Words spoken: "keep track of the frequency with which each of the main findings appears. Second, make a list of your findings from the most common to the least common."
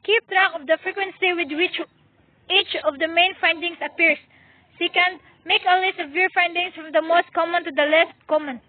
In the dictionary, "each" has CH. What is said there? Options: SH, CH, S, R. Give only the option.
CH